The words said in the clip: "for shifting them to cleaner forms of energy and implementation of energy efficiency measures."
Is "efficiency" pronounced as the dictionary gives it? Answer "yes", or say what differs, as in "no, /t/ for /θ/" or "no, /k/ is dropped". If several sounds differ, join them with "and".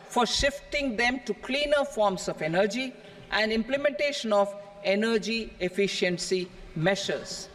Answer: yes